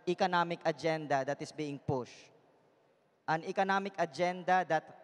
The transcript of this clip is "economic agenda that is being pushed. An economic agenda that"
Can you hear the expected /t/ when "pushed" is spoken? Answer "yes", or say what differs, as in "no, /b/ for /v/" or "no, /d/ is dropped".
yes